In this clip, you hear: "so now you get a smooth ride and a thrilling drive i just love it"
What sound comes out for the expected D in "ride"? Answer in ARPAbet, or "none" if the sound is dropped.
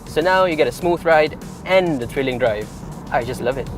D